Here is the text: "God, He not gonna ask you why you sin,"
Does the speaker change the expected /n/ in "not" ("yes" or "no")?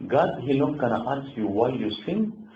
yes